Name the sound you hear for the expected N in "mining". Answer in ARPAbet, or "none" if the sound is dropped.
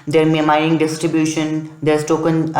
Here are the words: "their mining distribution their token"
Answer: none